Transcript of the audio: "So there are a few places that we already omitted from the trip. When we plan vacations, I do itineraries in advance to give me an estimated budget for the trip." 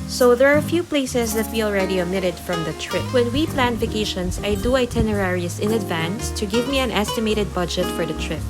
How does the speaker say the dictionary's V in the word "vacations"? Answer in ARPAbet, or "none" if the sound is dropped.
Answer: F